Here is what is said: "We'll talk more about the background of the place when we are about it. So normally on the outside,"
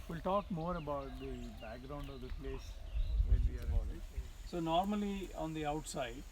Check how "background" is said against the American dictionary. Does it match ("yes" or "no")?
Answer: yes